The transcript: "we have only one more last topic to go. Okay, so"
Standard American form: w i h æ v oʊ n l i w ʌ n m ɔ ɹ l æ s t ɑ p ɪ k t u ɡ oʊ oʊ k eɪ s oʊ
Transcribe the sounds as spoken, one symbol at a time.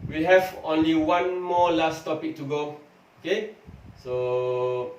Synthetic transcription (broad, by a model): w i h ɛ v oʊ n l i w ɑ n m ɔ l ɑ s t ɑ p ɪ k t u ɡ oʊ oʊ k eɪ s oʊ